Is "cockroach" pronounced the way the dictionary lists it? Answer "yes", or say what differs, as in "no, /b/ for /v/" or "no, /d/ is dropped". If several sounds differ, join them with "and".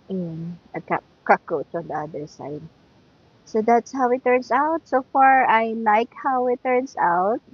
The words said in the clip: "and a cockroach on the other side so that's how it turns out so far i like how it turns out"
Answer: no, /ɹ/ is dropped